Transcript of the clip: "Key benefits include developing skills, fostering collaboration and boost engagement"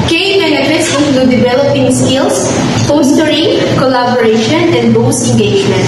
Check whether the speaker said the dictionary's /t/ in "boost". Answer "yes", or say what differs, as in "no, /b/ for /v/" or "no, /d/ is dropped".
no, /t/ is dropped